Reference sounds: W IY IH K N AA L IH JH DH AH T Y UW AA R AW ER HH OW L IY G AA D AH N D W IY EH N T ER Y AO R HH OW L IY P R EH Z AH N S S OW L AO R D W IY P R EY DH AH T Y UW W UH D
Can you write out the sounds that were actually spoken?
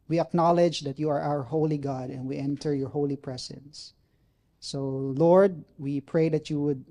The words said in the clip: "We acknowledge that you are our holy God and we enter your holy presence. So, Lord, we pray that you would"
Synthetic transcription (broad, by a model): W IY IH K N AA L IH JH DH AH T Y UW AA R AW ER HH OW L IY G AA D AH N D W IY EH N T ER Y AO R HH OW L IY P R EH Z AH N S S OW L AO R D W IY P R EY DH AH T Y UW W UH D